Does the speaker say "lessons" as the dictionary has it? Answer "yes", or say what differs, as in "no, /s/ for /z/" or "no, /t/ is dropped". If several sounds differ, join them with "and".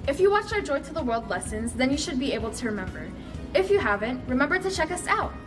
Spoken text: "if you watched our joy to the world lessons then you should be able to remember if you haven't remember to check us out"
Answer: yes